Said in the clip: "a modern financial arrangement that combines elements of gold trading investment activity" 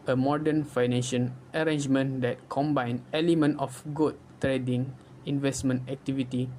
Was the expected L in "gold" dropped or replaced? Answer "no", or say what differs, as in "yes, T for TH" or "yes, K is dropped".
yes, L is dropped